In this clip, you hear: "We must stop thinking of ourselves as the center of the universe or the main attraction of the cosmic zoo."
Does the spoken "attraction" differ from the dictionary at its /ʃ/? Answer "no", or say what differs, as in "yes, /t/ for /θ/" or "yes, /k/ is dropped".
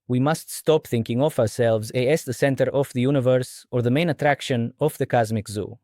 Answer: no